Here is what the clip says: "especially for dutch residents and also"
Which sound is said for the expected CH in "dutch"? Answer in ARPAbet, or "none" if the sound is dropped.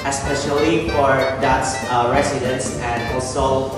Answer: S